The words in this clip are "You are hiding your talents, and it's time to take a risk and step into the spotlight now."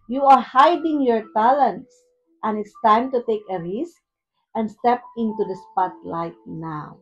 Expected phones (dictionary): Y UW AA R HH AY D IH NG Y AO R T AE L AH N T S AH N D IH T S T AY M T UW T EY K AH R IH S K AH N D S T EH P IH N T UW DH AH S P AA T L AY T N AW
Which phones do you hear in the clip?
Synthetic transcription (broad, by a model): Y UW AA R HH AY D IH NG Y AO R T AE L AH N T S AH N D IH T S T AY M T UW T EY K AH R IH S K AH N D S T EH P IH N T UW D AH S P AA T L AY T N AW